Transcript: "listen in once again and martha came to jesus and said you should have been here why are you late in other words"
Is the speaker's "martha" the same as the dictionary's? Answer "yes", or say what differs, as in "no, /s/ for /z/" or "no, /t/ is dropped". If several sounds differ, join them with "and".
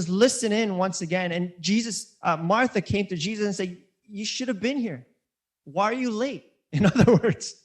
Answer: yes